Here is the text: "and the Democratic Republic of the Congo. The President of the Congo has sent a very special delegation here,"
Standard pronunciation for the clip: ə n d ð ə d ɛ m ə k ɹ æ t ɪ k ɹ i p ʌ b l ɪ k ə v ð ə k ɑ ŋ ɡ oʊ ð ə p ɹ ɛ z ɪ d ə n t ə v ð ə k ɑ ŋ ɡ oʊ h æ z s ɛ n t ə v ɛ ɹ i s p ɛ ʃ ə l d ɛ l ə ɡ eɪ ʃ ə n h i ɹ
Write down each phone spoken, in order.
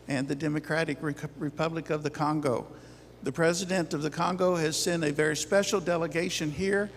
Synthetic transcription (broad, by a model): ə n ð ə d ɛ m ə k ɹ æ t ɪ k ɹ i p ʌ b l ɪ k ə v ð ə k ɑ ŋ ɡ oʊ ð ə p ɹ ɛ z ɪ d ə n t ə v ð ə k ɑ ŋ ɡ oʊ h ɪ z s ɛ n ə v ɛ ɹ i s p ɛ ʃ l d ɛ l ə ɡ eɪ ʃ ə n h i ɹ